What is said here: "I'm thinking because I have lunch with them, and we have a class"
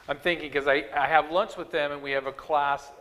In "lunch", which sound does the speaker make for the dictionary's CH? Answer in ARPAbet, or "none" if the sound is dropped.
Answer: S